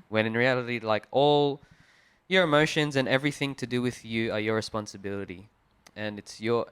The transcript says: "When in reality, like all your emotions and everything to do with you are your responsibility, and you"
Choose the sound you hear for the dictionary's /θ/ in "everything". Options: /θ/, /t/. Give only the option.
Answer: /θ/